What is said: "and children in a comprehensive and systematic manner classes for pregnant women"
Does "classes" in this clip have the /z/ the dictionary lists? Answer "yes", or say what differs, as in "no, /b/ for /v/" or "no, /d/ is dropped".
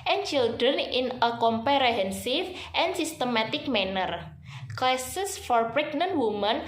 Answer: no, /s/ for /z/